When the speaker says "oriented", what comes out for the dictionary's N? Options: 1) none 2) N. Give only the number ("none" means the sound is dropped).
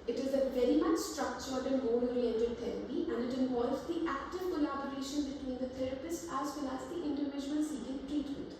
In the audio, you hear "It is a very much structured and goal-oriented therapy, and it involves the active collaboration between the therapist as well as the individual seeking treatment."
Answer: 1